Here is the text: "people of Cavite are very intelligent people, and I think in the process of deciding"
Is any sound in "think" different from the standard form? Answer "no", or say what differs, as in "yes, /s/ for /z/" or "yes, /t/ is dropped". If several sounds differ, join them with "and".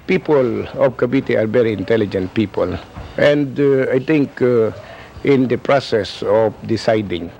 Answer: yes, /t/ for /θ/